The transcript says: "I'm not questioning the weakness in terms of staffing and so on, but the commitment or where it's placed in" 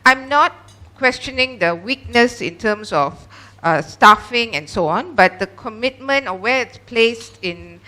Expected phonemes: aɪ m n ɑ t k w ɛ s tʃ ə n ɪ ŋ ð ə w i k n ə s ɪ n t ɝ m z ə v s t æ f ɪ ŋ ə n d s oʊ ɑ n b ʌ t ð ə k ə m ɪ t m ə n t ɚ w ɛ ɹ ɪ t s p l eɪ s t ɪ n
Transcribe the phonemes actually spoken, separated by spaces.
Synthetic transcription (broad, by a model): aɪ m n ɑ t k w ɛ s tʃ ə n ɪ ŋ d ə w i k n ə s ɪ n t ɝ m s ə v s t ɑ f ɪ ŋ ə n s oʊ ɑ n b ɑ t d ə k ə m ɪ t m ə n t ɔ w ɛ ɪ t s p l eɪ s t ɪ n